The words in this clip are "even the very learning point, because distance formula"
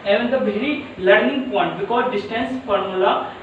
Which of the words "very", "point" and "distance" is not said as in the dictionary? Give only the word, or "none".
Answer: very